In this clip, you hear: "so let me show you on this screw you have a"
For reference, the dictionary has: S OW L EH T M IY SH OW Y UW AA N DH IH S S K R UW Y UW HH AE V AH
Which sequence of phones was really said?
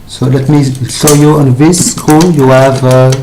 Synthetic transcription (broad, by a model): S OW L EH T M IY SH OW Y UW AA N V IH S S K UW Y UW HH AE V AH